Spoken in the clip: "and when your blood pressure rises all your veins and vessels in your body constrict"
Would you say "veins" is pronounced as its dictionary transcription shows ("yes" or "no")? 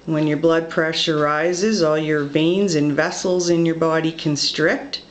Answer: yes